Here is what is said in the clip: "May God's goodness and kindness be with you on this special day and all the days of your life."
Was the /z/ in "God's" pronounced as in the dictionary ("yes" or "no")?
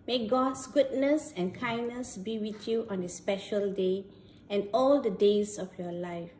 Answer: no